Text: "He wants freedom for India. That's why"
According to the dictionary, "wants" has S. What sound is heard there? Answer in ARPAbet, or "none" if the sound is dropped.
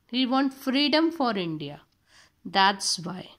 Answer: none